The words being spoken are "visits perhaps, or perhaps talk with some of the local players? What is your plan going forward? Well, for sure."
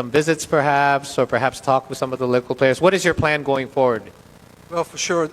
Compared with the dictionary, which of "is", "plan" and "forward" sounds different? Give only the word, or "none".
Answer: none